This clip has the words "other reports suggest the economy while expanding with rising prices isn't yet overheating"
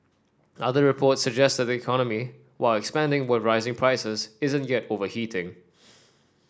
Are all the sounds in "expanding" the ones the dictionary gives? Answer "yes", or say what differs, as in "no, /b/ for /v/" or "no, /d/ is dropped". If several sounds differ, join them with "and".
yes